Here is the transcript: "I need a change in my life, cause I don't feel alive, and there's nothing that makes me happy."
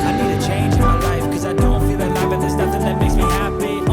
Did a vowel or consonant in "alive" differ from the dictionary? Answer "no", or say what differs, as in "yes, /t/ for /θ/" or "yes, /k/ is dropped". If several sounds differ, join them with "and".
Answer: yes, /b/ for /v/